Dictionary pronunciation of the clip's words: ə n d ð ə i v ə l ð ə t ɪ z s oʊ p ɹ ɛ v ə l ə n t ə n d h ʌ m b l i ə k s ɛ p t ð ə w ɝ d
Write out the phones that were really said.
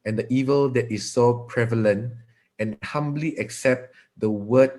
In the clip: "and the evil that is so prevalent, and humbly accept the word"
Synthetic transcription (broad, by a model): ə n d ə i v ə l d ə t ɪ s oʊ p ɹ ɛ v ə l ə n t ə n h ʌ m b l i ə k s ɛ p t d ə w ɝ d